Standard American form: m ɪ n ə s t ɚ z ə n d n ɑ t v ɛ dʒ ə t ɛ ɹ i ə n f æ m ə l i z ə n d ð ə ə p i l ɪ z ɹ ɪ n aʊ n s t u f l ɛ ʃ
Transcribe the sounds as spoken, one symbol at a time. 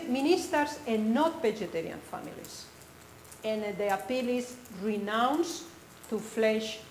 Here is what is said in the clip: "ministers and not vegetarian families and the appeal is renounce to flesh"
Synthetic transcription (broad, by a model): m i n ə s t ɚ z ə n n ɑ t b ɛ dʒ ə t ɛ ɹ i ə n f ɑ m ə l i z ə n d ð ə ə p i l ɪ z ɹ ɪ n aʊ n s t u f l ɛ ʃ